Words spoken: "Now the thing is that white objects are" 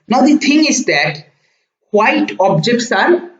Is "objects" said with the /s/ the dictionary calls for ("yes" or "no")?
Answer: yes